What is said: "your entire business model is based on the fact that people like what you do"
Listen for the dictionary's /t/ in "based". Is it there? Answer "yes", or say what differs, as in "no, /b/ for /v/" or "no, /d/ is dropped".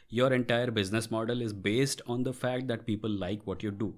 yes